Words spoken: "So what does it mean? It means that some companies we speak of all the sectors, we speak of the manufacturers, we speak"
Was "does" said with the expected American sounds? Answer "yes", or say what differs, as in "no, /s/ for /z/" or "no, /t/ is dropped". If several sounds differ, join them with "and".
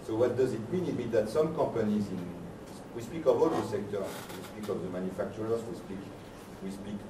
yes